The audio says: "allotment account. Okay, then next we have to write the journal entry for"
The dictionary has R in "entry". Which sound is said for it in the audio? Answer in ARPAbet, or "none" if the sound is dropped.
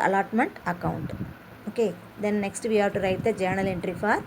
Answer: R